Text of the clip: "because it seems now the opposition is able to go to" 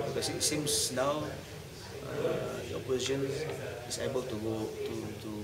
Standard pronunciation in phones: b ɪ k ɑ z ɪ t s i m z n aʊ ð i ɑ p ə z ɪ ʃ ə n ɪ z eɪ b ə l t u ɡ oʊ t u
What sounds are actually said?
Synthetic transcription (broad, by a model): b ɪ k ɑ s ɪ t s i m s n aʊ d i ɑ p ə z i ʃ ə n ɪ s eɪ b ə l t u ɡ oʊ t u